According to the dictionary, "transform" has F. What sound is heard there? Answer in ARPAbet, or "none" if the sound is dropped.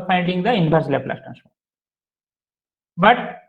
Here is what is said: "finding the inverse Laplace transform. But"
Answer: none